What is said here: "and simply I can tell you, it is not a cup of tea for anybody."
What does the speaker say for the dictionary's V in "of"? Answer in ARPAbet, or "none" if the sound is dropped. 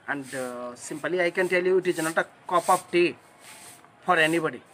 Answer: P